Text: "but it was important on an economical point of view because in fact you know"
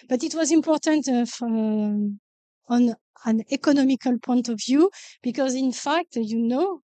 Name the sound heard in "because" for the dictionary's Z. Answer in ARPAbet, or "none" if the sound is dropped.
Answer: Z